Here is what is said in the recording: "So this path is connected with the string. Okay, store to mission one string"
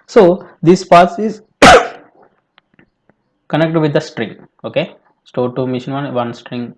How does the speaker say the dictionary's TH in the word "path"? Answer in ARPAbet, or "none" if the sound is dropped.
S